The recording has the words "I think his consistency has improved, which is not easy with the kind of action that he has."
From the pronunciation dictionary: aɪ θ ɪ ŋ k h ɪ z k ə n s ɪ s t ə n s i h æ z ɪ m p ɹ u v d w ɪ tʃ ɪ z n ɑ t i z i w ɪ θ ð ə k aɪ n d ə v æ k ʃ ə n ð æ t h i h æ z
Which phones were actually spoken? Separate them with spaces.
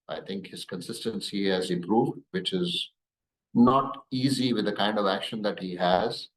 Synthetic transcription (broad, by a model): aɪ t ɪ ŋ k h ɪ z k ə n s ɪ s t ə n s i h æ z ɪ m p ɹ u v d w ɪ tʃ ɪ z n ɑ t i z i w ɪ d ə k aɪ n d ə v æ k ʃ ə n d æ t h i h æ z